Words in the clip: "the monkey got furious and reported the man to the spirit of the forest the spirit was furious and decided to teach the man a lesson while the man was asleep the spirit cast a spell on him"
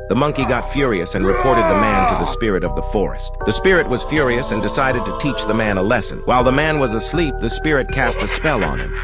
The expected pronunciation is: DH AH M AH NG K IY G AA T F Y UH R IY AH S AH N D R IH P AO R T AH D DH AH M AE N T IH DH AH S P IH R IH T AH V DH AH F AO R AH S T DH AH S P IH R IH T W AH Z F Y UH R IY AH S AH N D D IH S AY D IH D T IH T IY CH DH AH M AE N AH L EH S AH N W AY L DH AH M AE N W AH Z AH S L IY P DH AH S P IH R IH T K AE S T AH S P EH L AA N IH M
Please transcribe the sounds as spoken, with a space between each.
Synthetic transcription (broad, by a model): DH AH M AH NG K IY G AA T F Y UH R IY AH S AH N R IH P AO R T AH D DH AH M AE N T IH DH AH S P IH R IH T AH V DH AH F AO R AH S T DH AH S P IH R IH T W AH Z F Y UH R IY AH S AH N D D IH S AY D IH D T IH T IY CH DH AH M AE N AH L EH S AH N W AY L DH AH M AE N W AH Z AH S L IY P DH AH S P IH R IH T K AE S T AH S P EH L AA N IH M